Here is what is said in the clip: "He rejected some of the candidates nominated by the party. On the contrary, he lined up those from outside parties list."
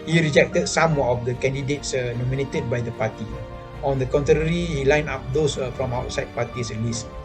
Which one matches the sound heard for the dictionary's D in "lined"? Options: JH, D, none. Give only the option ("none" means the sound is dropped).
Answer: none